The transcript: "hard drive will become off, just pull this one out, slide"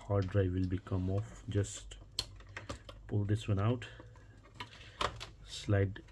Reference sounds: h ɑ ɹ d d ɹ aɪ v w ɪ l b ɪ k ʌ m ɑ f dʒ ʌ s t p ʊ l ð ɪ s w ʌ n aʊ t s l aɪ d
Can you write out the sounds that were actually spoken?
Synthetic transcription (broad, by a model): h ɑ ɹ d d ɹ aɪ v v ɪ l b ɪ k ʌ m ɑ f dʒ ʌ s t p ʊ l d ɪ s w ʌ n aʊ t s l aɪ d